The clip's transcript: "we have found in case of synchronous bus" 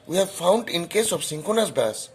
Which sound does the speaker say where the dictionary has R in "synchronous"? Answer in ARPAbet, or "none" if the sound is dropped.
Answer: none